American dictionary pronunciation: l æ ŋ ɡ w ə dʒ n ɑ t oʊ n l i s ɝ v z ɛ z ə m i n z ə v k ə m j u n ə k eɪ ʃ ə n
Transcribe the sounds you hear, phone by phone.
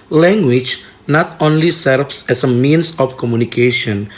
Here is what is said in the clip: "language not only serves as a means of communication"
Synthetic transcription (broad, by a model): l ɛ ŋ ɡ w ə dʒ n ɑ t oʊ n l i s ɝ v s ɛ s ə m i n s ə f k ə m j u n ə k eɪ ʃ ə n